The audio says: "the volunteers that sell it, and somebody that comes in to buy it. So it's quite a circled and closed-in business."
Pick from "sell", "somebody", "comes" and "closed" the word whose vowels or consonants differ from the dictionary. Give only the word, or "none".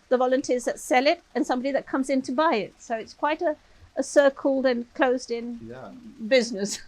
none